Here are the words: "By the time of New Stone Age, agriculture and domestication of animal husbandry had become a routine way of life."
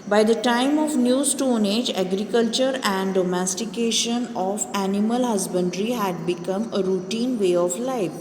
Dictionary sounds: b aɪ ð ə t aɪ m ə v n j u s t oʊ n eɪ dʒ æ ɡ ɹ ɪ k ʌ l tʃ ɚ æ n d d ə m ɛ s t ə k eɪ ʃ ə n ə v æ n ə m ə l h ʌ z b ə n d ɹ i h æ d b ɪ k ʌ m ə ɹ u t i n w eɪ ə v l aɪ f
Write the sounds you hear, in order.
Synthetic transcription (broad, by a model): b aɪ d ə t aɪ m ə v n j u s t oʊ n eɪ dʒ æ ɡ ɹ ɪ k ʌ l tʃ ɚ æ n d d ə m ɛ s t ə k eɪ ʃ ə n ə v æ n ə m ə l h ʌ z b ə n d ɹ i h æ d b ɪ k ʌ m ə ɹ u t i n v eɪ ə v l aɪ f